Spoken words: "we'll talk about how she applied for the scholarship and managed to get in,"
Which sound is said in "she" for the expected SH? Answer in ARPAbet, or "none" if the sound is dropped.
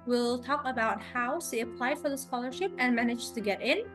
S